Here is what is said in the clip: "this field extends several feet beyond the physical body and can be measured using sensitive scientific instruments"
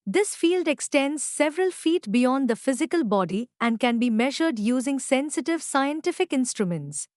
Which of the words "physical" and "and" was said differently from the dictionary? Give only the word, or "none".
none